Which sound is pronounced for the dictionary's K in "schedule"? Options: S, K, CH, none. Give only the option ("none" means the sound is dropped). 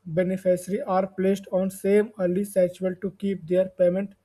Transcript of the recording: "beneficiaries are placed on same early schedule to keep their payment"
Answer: none